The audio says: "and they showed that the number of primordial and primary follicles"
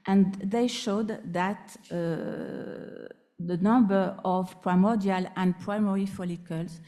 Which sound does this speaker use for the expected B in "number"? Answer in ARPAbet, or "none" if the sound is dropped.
B